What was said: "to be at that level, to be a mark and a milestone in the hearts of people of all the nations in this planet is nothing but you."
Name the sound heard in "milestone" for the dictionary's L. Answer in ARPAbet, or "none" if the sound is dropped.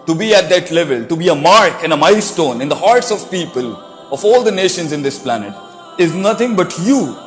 none